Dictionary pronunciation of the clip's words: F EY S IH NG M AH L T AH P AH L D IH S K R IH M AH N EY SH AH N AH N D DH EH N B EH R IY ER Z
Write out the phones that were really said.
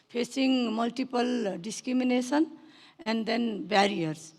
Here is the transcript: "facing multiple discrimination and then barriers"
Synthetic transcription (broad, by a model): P EY S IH NG M AH L T AH P AH L D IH S K R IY M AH N EY S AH N AH N D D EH N B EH R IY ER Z